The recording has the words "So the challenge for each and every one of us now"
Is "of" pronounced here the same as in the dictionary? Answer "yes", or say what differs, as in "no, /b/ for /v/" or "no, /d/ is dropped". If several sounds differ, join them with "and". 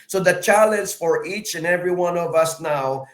yes